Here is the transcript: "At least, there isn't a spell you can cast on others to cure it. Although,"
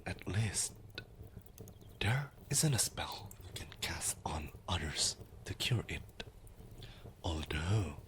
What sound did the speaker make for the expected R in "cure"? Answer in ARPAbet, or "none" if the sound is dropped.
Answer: R